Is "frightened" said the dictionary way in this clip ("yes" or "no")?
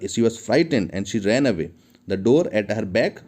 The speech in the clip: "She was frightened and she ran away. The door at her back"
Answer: yes